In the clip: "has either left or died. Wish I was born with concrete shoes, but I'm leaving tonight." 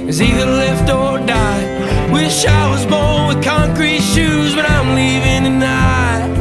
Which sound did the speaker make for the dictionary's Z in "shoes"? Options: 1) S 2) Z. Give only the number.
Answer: 2